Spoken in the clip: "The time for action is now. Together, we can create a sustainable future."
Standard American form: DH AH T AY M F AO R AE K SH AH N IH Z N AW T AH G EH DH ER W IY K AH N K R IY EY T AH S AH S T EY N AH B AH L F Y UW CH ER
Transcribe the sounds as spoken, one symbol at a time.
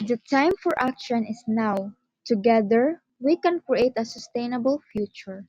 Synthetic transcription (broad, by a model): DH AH T AY M F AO R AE K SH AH N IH S N AW T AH G EH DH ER W IY K AH N K R IY EY T AH S AH S T EY N AH B AH L F Y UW CH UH